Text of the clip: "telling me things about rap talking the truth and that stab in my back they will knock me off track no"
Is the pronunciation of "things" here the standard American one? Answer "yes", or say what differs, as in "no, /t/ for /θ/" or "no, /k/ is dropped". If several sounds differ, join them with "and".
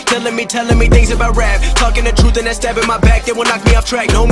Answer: yes